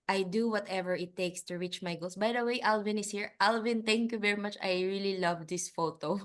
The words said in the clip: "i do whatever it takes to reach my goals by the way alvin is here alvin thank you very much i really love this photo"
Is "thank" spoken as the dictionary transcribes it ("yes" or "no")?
no